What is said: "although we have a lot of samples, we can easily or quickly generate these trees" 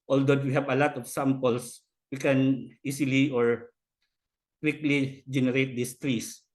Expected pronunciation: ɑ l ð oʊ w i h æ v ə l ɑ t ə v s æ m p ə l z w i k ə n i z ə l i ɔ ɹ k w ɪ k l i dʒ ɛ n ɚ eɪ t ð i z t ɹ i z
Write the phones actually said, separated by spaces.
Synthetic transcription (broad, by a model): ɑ l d oʊ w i h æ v ə l ɑ t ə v s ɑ m p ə l s w i k ə n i s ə l i ɔ ɹ k w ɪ k l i dʒ ɛ n ɚ eɪ t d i s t ɹ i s